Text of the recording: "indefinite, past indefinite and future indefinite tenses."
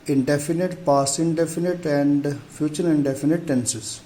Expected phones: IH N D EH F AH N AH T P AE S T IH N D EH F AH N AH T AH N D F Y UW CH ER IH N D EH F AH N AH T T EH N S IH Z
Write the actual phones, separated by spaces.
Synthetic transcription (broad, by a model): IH N D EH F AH N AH T P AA S IH N D EH F AH N AH T AH N D F Y UW CH ER IH N D EH F AH N AH T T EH N S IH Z